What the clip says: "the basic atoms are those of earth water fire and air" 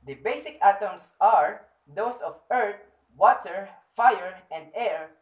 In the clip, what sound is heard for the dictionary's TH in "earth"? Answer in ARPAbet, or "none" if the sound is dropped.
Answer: T